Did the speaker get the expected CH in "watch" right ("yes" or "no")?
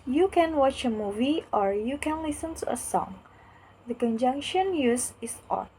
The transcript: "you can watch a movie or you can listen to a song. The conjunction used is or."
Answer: yes